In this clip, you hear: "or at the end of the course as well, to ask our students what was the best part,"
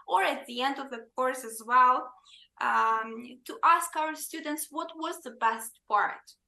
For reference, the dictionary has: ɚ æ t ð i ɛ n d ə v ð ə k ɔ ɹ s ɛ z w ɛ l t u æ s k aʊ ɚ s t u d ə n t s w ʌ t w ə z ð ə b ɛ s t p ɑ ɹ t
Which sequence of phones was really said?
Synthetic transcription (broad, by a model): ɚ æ t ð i ɛ n d ə v ð ə k ɔ ɹ s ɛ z w ɛ l t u æ s k aʊ ɚ s t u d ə n t s w ʌ t w ə z ð ə b ɛ s t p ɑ ɹ t